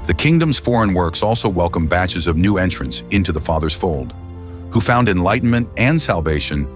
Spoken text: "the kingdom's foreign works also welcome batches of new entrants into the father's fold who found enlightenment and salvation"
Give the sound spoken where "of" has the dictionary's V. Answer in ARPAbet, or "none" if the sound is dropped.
V